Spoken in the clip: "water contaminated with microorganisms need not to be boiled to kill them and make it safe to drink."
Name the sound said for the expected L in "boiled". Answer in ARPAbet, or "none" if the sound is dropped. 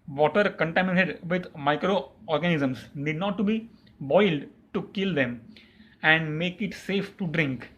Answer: L